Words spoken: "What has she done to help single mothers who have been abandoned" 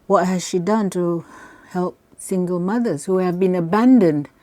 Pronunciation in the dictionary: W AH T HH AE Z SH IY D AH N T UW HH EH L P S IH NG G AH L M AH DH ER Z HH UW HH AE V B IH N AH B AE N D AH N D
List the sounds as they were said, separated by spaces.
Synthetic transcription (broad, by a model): W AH T HH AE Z SH IY D AH N T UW HH EH L P S IH NG G AH L M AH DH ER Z HH UW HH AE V B IH N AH B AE N D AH N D